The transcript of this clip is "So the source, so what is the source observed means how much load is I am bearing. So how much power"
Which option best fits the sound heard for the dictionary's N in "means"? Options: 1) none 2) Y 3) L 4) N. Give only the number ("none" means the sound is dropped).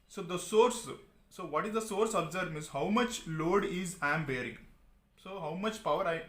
1